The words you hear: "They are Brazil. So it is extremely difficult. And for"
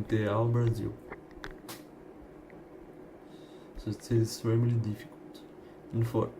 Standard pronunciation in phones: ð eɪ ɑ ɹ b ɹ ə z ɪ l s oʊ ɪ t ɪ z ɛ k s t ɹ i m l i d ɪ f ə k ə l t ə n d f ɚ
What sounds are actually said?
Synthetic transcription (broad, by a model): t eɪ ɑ l b ɹ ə z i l s oʊ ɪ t ɪ z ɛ s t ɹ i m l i d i f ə k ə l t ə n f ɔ